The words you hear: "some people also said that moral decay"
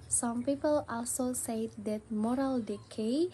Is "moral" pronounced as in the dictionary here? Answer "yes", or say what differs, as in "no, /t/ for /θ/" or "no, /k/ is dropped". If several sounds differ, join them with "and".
yes